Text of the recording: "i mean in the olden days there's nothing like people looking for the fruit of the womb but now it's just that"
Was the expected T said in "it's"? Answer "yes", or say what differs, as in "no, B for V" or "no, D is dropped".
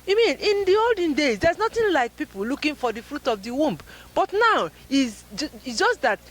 no, S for T